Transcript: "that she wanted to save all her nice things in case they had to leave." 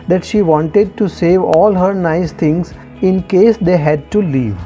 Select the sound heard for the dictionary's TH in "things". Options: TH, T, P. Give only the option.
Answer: T